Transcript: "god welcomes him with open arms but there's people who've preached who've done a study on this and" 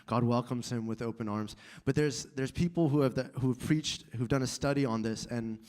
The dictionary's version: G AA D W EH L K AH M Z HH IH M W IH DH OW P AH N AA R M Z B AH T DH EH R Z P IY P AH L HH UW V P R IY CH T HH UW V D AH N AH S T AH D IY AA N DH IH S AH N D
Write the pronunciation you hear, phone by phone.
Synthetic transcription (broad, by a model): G AA D W EH L K AH M Z HH IH M W IH DH OW P AH N AA R M Z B AH T DH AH R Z P IY P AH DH HH UW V P R IY CH T HH UW V D AH N AH S T AH D IY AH N DH IH S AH N